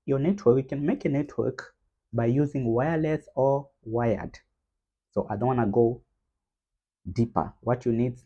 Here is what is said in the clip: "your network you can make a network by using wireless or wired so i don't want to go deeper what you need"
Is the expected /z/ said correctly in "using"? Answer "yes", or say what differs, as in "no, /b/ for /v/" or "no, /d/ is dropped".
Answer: yes